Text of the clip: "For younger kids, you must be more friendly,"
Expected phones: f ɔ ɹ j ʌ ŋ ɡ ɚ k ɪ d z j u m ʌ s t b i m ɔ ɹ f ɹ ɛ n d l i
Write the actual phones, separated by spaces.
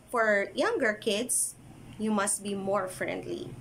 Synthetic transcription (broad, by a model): f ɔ ɹ j ʌ ŋ ɡ ɚ k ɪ d s j u m ʌ s t b i m ɔ ɹ f ɹ ɛ n d l i